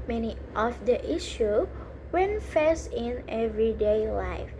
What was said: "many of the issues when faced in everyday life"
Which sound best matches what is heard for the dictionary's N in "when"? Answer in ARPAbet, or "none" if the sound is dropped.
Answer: N